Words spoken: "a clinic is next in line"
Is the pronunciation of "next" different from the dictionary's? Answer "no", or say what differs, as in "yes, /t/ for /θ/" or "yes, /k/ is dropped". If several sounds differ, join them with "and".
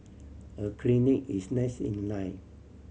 yes, /k/ is dropped